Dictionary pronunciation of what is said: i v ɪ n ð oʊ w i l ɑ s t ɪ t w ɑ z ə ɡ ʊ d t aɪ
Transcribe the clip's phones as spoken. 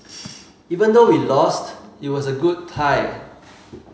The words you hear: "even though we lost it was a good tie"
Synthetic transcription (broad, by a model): i v ɪ n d oʊ w i l ɑ s t ɪ t w ɑ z ə ɡ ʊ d t aɪ